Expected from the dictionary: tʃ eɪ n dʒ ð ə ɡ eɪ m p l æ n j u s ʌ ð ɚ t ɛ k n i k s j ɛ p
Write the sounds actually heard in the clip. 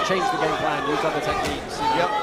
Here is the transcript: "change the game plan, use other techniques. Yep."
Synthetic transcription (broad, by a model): tʃ eɪ n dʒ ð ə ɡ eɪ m p l æ n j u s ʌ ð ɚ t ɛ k i s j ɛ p